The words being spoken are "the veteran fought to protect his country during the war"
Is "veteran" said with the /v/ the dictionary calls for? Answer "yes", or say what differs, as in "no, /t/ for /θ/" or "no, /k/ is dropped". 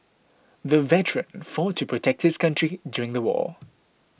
yes